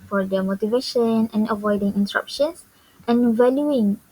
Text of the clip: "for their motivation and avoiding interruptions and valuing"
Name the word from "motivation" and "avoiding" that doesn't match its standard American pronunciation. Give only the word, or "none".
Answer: none